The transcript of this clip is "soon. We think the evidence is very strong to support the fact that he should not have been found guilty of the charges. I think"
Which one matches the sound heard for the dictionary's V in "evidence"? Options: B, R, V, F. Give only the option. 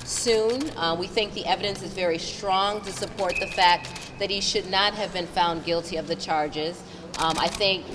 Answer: V